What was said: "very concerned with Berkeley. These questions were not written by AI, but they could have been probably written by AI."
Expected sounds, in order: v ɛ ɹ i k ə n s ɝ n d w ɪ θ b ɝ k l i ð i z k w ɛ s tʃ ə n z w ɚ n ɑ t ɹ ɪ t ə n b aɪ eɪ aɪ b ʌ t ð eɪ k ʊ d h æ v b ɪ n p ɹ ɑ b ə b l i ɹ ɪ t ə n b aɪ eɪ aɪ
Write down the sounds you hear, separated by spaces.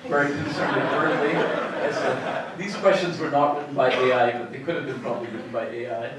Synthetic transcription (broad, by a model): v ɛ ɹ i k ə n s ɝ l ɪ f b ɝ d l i ð i z k w ɛ s tʃ ə n z w ɚ n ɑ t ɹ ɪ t n b aɪ eɪ aɪ b ʌ t ð eɪ k ʊ d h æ v b ɪ n p ɹ ɑ b ə b l i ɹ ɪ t n b aɪ eɪ aɪ